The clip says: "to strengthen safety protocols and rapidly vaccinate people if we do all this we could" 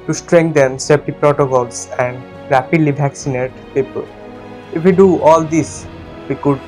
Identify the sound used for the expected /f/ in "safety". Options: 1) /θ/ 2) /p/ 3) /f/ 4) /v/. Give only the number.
2